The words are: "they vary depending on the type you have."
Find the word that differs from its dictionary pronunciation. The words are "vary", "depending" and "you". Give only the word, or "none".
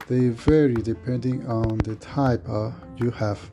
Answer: none